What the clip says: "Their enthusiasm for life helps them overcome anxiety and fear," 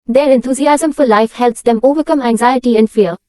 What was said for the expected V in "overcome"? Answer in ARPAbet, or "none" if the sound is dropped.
V